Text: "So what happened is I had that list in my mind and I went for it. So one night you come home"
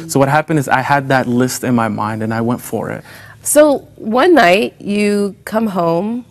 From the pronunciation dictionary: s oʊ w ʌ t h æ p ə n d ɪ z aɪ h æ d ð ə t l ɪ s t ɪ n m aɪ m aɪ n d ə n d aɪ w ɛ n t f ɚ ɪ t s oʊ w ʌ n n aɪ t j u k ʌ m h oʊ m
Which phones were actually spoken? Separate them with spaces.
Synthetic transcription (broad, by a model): s oʊ w ʌ t h æ p ə n d ɪ z aɪ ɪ d ð ə t l ɪ s t ɪ n m aɪ m aɪ n d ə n aɪ w ɛ n t f ɚ ɪ t s oʊ w ʌ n n aɪ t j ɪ k ʌ m h oʊ m